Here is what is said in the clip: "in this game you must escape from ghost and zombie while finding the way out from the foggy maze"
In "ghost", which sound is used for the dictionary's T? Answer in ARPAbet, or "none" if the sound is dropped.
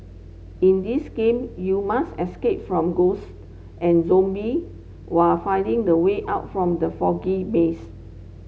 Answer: T